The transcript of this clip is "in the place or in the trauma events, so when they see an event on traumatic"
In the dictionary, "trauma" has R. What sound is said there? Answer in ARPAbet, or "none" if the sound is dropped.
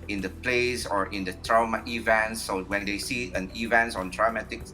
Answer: R